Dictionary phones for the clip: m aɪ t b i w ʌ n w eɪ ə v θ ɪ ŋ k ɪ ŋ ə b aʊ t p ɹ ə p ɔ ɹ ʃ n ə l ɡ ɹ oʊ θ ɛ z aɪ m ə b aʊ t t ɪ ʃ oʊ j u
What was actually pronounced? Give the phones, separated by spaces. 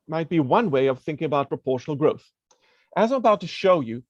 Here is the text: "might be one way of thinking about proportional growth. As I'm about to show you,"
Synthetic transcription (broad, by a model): m aɪ t b i w ʌ n w eɪ ə v θ ɪ ŋ k ɪ ŋ ə b aʊ t p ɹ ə p ɔ ɹ ʃ n l ɡ ɹ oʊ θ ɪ z aɪ m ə b aʊ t t ɪ ʃ oʊ j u